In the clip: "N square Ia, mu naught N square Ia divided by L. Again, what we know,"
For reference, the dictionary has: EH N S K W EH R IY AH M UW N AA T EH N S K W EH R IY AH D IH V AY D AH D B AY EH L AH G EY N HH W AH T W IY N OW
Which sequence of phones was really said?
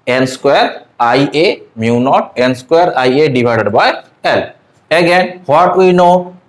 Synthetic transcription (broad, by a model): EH N S K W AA R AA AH M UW N AA T EH N S K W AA R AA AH D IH B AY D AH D B AY EH L AH G EY N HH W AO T W IY N OW